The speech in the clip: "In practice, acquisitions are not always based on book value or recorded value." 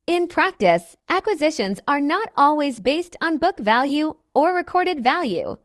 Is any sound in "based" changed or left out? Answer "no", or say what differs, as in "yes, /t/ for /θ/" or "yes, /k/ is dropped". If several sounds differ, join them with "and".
no